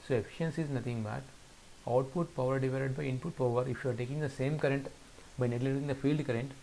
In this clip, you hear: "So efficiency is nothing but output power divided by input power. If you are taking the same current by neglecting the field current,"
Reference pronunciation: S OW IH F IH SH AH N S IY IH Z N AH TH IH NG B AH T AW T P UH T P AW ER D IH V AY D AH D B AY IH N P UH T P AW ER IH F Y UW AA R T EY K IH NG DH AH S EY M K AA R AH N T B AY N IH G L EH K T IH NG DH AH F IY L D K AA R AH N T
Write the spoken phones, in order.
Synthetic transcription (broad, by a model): S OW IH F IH SH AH N S IY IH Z N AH T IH NG B AH T AW T P UH T P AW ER D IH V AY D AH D B AY IH N P UH T P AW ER IH F Y UW AA R T EY K IH NG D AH S EY M K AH R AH N T B AY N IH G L EH T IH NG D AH F IY L D K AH R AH N T